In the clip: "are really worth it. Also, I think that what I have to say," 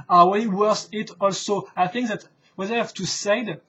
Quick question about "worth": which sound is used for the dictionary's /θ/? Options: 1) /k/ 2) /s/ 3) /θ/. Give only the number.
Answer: 2